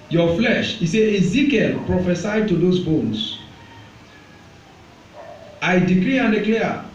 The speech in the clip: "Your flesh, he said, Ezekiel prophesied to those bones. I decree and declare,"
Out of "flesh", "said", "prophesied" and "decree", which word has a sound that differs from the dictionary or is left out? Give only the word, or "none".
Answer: said